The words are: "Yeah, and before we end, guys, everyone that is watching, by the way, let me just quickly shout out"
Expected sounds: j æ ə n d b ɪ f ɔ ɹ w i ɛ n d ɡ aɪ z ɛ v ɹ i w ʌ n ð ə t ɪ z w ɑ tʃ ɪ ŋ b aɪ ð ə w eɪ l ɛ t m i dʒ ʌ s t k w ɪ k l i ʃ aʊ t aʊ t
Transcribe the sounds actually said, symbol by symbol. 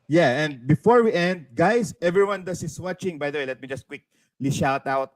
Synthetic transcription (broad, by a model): j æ ə n d b ɪ f ɔ ɹ w i ɛ n d ɡ aɪ s ɛ v ɹ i w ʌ n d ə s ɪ s w ɑ tʃ ɪ ŋ b aɪ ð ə w eɪ l ɛ t m i dʒ ʌ s t k w ɪ k l i ʃ aʊ t aʊ t